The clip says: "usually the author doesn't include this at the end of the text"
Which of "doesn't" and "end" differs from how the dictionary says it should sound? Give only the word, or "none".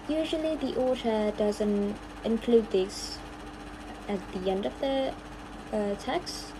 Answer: none